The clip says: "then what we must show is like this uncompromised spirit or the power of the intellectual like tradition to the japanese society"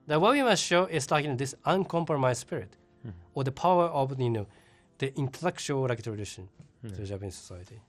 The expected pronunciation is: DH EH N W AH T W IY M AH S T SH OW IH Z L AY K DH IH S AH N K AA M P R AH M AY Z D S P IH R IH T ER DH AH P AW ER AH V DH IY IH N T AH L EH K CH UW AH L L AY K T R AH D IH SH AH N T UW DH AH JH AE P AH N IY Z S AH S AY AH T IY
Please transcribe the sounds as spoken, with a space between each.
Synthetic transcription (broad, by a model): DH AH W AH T W IY M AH S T SH OW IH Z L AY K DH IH S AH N K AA M P R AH M AY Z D S P IH R IH T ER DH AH P AW ER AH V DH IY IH N T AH L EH K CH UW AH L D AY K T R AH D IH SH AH N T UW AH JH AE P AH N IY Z S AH S AY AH T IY